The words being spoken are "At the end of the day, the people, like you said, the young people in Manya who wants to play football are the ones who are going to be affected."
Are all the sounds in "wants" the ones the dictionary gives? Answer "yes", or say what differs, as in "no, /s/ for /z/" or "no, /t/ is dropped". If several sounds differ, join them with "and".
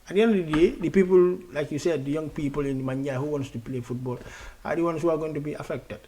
yes